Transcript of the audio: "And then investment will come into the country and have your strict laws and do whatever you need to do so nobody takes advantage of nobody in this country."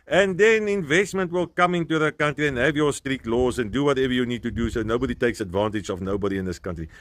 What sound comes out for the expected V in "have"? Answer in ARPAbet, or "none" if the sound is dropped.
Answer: V